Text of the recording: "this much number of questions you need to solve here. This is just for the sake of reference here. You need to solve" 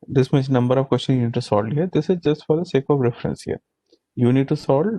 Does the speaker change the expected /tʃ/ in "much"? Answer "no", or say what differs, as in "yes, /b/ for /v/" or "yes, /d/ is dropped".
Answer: yes, /s/ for /tʃ/